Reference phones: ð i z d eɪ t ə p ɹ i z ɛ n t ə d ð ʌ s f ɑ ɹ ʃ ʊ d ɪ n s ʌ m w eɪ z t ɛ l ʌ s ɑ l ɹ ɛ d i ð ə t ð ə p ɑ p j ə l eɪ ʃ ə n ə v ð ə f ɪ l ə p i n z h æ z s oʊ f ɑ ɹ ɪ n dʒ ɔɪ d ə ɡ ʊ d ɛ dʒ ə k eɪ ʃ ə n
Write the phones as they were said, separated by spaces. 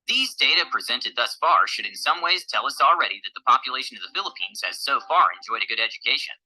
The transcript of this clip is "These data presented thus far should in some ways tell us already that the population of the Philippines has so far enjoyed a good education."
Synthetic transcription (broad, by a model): ð i z d eɪ t ə p ɹ i z ɛ n t ə d ð ʌ s f ɑ ɹ ʃ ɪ d ɪ n s ʌ m w eɪ z t ɛ l ʌ s l ɹ ɛ d i ð ə t ð ə p ɑ p j ə l eɪ ʃ ə n ə v ð ə f ɪ l ə p i n z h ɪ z s oʊ f ɑ ɹ ɪ n dʒ ɔɪ d ə ɡ ʊ d ɛ dʒ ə k eɪ ʃ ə n